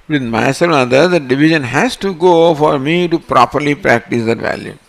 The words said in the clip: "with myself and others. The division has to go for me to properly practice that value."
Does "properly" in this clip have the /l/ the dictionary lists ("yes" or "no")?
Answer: yes